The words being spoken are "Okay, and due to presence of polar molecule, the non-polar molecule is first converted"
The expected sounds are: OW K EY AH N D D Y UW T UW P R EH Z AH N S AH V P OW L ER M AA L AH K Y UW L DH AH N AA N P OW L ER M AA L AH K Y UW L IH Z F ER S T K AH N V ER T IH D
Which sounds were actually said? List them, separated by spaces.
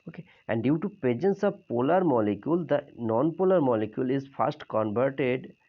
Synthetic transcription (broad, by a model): OW K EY AH N D D Y UW T UW P EH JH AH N S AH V P OW L ER M AA L AH K Y UW L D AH N AA N P OW L ER M AA L AH K Y UW L IH Z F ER S T K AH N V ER T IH D